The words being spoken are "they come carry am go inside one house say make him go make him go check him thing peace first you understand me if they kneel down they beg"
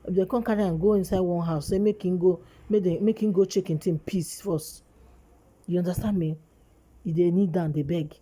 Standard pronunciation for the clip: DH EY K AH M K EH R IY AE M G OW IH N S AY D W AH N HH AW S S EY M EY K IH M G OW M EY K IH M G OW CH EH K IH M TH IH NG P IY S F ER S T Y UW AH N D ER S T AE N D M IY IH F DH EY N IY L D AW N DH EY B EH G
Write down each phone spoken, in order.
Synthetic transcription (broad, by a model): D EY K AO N K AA R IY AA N G OW IH N S AY D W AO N HH AW S S EY M EY K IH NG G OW M EY K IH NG G OW CH EH K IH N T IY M P IY S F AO S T Y UW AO N D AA S T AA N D M IY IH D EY N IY D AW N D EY B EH G